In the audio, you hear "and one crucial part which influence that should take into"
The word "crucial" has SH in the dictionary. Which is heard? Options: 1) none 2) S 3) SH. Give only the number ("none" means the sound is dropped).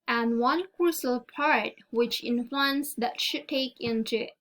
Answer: 2